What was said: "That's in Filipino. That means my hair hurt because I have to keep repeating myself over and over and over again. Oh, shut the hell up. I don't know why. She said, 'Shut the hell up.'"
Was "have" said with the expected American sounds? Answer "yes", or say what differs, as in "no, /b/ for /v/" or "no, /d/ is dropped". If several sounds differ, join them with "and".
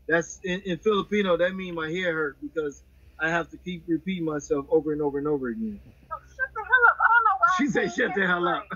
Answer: no, /f/ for /v/